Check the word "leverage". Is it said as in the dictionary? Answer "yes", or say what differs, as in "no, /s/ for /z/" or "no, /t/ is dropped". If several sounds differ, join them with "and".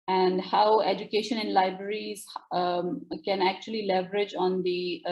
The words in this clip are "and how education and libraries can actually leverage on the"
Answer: yes